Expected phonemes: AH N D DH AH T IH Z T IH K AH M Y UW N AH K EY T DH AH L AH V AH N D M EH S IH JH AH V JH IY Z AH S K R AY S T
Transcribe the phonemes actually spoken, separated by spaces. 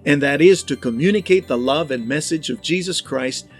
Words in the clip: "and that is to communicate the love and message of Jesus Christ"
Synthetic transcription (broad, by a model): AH N DH AH T IH Z T IH K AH M Y UW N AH K EY T DH AH L AH V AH N M EH S IH JH AH V JH IY Z AH S K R AY S T